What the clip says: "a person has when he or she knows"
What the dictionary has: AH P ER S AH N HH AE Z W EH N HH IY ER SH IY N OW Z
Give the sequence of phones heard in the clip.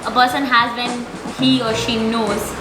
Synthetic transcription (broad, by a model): AH P ER S AH N HH AE Z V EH N HH IY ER SH IY N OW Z